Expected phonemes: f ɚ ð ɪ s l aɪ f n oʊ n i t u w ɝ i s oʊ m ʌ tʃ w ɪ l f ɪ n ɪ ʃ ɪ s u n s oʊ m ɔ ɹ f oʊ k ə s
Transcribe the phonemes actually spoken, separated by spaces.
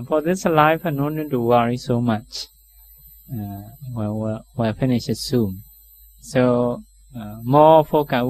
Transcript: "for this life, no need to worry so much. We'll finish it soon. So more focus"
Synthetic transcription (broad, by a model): f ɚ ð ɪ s l aɪ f n oʊ n i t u w ɝ i s oʊ m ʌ tʃ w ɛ w f ɪ n ɪ ʃ ɪ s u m s oʊ m ɔ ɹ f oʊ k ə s